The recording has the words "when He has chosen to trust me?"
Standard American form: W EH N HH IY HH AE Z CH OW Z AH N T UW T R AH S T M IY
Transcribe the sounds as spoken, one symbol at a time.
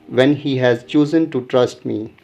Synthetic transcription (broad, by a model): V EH N HH IY HH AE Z CH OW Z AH N T UW T R AH S T M IY